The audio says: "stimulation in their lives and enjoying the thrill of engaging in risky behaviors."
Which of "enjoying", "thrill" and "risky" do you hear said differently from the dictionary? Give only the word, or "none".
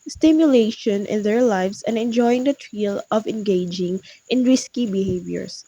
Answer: thrill